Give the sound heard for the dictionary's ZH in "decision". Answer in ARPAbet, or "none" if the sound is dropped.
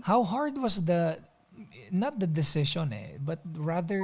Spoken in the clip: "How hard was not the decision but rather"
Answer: SH